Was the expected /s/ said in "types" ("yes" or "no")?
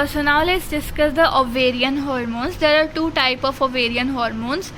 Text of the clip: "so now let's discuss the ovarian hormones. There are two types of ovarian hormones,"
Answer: no